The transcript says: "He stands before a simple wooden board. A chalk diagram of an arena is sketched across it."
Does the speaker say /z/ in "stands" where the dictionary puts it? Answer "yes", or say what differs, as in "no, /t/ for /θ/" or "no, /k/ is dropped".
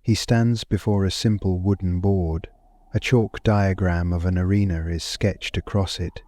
yes